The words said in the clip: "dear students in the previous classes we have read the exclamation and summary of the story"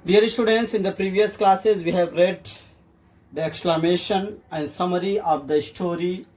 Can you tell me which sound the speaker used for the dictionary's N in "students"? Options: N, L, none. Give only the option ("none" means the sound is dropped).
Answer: N